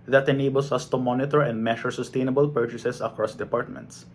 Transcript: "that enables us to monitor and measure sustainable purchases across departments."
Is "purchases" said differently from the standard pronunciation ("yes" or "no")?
yes